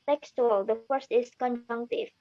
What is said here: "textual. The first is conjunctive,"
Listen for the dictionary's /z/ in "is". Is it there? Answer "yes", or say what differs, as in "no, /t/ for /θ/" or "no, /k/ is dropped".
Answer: no, /s/ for /z/